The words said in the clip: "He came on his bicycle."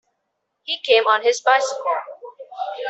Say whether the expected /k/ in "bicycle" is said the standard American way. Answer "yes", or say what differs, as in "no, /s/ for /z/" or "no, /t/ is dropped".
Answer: no, /k/ is dropped